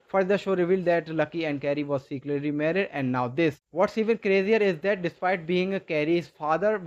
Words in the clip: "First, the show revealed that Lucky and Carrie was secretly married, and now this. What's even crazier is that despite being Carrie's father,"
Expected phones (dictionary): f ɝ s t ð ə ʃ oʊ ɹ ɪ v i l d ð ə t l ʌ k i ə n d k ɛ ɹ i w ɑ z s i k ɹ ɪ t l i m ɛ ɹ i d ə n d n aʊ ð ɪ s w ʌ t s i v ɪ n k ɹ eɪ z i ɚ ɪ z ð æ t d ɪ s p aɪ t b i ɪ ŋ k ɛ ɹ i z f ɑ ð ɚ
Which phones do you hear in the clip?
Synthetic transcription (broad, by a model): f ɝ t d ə ʃ oʊ ɹ ɪ v i l d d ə t l ʌ k i ə n d k ɛ ɹ i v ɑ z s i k l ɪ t l i m ɛ ɹ i d ə n d n aʊ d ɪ s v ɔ t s i v ɪ n k ɹ eɪ z i ɚ ɪ z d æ t d ɪ s p aɪ t b i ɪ ŋ k ɛ ɹ i z f ɑ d ɚ